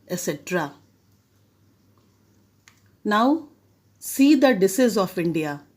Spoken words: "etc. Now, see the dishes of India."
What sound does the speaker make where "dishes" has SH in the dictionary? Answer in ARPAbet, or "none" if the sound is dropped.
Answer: S